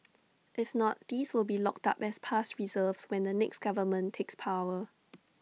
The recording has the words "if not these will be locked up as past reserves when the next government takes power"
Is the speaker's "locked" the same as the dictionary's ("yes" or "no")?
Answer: yes